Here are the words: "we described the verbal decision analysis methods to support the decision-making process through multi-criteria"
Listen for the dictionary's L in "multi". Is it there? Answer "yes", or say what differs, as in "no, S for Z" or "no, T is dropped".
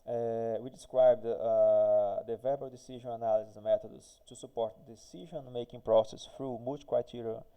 no, L is dropped